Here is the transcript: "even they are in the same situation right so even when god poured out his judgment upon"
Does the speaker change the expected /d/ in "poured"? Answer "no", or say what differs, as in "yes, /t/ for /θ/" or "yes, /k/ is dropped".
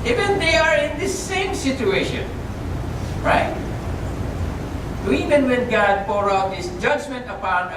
yes, /d/ is dropped